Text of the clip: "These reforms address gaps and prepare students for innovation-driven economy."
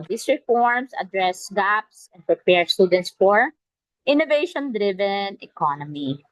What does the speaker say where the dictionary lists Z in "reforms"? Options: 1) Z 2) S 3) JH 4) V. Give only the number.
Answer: 2